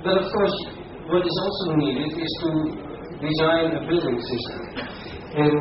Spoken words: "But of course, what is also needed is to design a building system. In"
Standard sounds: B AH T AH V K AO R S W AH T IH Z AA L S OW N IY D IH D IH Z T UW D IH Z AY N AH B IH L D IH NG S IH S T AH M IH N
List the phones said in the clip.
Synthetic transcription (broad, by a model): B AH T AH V K AO R S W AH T IH Z AA L S OW N IY D IH D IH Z T UW D IH Z AY N AH B IH L D IH NG S IH S T AH M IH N